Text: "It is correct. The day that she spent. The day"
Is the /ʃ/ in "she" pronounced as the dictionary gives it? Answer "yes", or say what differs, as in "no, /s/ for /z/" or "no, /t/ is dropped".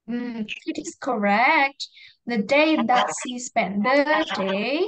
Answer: no, /s/ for /ʃ/